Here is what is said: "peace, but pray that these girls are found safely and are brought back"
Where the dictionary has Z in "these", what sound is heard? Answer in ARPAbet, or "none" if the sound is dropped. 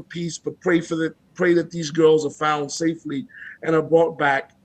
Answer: Z